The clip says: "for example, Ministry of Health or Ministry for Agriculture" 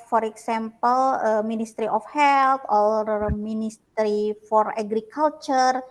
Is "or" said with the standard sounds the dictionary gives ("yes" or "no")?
no